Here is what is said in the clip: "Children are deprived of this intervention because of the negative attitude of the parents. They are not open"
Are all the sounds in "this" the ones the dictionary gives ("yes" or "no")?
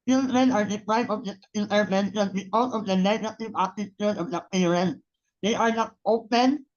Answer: no